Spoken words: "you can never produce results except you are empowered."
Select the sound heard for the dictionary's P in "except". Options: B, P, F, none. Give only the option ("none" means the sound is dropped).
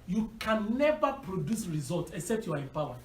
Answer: P